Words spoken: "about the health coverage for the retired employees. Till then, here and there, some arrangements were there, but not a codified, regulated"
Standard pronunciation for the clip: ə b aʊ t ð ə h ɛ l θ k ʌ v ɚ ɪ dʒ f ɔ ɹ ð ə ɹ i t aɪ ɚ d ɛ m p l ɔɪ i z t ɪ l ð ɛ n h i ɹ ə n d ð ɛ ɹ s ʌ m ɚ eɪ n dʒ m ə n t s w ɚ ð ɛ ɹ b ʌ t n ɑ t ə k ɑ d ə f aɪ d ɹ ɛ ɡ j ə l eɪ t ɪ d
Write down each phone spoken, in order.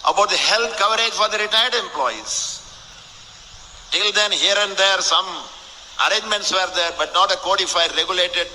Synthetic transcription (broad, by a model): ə b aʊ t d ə h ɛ l t k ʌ v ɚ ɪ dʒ f ɔ ɹ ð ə ɹ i t aɪ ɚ d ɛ m p l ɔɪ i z t ɪ l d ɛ n h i ɹ ə n d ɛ ɹ s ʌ m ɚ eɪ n dʒ m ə n t s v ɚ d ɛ ɹ b ʌ t n ɑ t ə k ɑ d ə f aɪ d ɹ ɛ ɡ j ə l eɪ t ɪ d